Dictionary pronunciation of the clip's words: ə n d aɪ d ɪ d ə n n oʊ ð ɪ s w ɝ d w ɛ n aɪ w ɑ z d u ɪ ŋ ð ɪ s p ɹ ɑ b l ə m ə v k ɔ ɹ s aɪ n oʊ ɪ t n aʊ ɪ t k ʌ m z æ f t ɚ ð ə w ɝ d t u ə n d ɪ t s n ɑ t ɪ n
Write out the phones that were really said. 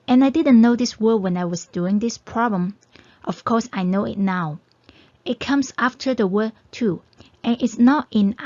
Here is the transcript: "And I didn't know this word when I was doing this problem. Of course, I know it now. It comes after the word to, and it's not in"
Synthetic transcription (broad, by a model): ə n aɪ d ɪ d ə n n oʊ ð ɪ s w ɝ w ɛ n aɪ w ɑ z d u ɪ ŋ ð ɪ s p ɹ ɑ b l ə m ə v k ɔ s aɪ n oʊ ɪ t n aʊ ɪ t k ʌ m s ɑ f t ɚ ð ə w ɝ t u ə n ɪ t s n ɑ t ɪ n